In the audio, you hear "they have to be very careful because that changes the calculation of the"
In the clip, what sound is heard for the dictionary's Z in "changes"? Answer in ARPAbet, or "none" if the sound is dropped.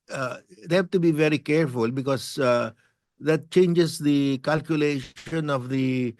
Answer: S